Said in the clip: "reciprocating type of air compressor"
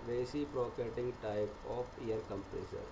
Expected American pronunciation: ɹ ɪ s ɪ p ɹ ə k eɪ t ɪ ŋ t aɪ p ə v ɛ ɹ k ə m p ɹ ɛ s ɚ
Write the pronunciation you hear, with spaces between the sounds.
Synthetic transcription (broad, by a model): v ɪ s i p ɹ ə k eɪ t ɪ ŋ t aɪ b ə f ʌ ɹ k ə m p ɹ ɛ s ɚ